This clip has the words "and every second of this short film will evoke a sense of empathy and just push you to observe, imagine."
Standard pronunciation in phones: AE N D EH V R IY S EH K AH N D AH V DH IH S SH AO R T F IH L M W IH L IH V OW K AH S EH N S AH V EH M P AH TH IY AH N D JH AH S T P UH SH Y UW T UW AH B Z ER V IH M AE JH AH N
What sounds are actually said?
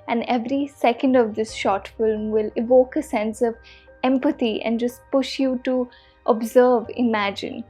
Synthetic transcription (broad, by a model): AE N D EH V R IY S EH K AH N D AH V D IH S SH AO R T F IH L M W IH L IH V OW K AH S EH N S AH V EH M P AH T IY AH N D JH AH S T P UH SH Y UW T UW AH B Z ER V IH M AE JH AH N